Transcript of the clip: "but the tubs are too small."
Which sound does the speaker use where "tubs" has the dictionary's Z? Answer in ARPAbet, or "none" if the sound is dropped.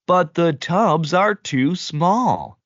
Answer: Z